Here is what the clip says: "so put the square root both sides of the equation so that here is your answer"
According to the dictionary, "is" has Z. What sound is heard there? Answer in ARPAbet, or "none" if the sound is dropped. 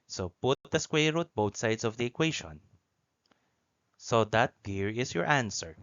S